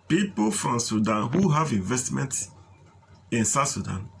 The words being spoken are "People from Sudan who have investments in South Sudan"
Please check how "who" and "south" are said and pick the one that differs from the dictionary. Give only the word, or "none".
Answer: south